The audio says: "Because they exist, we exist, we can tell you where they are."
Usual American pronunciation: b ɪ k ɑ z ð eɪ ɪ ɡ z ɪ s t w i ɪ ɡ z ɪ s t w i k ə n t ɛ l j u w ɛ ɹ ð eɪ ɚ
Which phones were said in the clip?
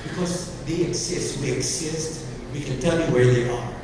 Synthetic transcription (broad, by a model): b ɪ k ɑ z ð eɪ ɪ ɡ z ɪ s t w i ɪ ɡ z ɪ s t w i k ə n t ɛ l j u w ɛ ɹ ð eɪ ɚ